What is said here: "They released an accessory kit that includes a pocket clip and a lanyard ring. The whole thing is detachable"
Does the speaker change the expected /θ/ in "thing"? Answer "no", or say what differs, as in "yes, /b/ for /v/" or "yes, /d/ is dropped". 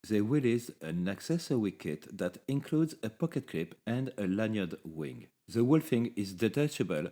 yes, /f/ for /θ/